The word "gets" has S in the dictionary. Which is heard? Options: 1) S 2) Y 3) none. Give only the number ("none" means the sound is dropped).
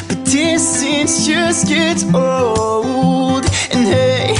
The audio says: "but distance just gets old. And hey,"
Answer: 3